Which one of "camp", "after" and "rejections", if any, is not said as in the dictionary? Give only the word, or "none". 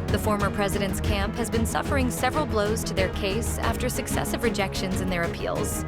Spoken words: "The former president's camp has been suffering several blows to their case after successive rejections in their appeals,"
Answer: none